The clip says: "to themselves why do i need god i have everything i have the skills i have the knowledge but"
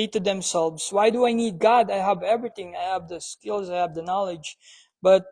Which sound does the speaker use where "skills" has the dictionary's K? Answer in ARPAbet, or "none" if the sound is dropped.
K